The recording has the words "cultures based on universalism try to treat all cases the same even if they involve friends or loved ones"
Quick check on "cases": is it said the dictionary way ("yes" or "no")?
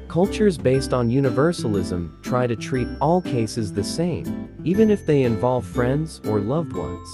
yes